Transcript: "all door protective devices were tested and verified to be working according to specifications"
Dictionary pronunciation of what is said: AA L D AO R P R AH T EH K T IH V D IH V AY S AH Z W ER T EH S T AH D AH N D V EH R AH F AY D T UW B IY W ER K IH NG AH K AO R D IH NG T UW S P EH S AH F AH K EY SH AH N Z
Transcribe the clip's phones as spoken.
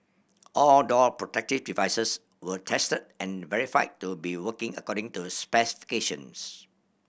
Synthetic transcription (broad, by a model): AA L D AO L P R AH T EH K T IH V D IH V AY S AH S W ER T EH S T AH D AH N V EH R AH F AY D T UW B IY W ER K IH NG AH K AO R D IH NG T UW S P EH S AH F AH K EY SH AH N S